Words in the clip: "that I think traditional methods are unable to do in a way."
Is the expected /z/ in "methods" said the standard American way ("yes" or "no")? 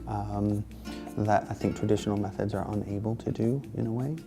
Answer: yes